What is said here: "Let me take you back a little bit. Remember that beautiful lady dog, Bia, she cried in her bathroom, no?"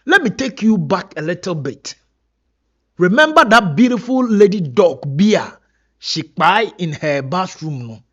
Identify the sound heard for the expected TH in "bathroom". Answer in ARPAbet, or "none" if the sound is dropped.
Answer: S